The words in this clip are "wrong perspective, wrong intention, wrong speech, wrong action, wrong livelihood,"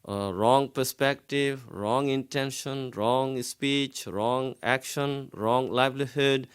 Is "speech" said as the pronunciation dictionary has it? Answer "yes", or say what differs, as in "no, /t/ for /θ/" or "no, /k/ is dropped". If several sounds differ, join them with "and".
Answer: yes